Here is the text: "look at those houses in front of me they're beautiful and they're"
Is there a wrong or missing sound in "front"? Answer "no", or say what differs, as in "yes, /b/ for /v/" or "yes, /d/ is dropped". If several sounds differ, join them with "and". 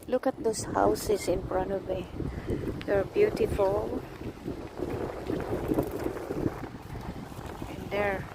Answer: yes, /t/ is dropped